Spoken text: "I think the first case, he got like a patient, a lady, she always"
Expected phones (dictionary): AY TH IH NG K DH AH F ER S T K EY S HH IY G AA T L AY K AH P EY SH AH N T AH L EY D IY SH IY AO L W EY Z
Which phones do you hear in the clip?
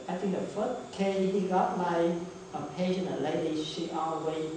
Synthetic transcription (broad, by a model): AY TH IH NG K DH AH F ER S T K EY HH IY G AA T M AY AH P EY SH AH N AH L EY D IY SH IY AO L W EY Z